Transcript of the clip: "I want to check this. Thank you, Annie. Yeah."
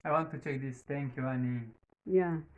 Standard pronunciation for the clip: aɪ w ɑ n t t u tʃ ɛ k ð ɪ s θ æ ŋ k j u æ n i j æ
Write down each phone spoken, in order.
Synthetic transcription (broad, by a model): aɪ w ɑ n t t u tʃ ɛ k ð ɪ s t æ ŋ k j u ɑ n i j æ